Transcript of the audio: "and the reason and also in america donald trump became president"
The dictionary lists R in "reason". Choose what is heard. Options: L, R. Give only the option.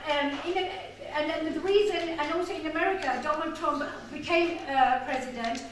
L